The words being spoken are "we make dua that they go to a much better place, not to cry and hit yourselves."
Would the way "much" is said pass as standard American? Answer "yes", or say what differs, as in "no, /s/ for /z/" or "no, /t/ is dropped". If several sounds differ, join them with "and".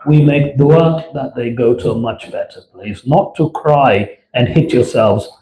yes